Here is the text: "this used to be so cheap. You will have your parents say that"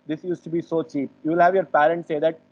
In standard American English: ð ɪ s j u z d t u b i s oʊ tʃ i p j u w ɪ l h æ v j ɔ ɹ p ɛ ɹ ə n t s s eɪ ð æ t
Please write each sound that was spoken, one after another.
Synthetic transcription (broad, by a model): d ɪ s j u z t u b i s oʊ tʃ i p j u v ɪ l h æ v j ɔ ɹ p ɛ ɹ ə n t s s eɪ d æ t